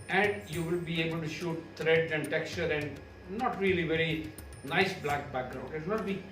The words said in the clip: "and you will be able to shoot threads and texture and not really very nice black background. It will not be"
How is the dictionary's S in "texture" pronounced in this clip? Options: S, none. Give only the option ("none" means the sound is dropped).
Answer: S